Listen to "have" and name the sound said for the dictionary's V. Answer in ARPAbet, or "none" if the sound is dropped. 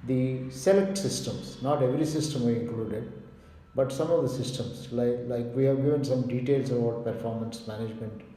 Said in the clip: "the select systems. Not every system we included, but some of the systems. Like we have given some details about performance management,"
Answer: V